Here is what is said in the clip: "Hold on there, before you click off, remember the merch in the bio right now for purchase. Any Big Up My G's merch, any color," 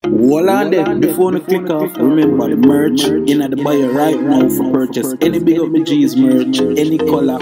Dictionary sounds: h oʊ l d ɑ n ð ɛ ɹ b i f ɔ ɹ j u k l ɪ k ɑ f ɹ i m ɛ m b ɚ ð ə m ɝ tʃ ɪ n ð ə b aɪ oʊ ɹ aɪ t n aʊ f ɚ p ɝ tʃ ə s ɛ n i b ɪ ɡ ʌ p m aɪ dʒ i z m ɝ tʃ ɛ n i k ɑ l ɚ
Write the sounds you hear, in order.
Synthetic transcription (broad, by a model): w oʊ l ɑ n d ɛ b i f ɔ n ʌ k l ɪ k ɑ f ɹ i m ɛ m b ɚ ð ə m ɝ tʃ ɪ n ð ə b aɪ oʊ ɹ aɪ t n aʊ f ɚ p ɝ tʃ ə s ɛ n i b ɪ ɡ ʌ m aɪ dʒ i z m ɝ tʃ ɛ n i k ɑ l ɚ